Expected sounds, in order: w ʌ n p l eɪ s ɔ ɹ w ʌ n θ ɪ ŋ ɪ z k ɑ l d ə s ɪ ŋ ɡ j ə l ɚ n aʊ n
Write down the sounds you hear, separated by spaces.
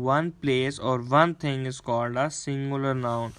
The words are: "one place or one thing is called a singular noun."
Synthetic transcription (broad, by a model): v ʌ n p l eɪ s ɔ ɹ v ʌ n t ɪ ŋ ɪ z k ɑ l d ə s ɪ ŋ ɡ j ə l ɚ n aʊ n